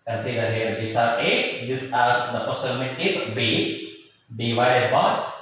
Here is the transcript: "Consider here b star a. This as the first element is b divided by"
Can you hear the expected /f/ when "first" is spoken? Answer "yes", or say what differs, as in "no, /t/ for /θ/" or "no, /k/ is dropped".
no, /p/ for /f/